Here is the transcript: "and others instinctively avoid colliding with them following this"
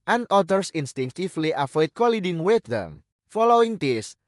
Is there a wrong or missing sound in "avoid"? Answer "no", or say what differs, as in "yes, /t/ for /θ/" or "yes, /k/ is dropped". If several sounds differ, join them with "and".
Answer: yes, /f/ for /v/